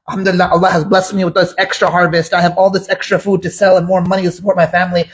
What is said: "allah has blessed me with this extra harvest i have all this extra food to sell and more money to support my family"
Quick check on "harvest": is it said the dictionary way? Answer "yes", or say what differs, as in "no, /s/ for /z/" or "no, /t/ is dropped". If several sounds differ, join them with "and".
yes